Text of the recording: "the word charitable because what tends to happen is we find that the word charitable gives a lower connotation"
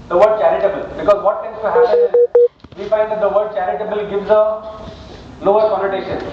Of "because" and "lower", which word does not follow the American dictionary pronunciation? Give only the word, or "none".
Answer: lower